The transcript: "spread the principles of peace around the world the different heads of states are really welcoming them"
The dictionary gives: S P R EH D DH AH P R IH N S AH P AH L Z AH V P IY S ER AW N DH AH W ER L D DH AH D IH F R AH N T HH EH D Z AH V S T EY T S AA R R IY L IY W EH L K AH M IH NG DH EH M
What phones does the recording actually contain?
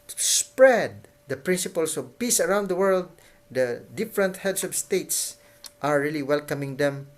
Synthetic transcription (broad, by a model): S P R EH D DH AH P R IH N S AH P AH L S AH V P IY S ER AW N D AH W ER L D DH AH D IH F R AH N T HH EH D S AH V S T EY T S AA R R IY L IY W EH L K AH M IH NG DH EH M